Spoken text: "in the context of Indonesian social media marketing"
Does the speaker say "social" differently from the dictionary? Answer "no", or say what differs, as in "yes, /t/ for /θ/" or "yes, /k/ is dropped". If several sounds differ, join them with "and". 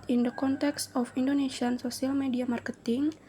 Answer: yes, /s/ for /ʃ/